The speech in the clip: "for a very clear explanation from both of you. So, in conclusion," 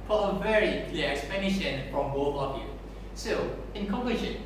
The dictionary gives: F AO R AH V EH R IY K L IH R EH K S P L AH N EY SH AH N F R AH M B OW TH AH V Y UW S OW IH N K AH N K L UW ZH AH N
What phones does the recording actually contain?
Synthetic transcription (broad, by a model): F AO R AH V EH R IY K L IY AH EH K S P AH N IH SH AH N F R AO M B OW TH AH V Y UW S OW IH N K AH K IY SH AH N